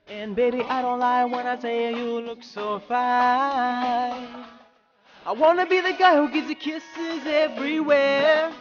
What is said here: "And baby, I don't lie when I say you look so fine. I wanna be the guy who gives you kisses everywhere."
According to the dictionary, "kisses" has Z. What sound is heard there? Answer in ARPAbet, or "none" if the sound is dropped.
Z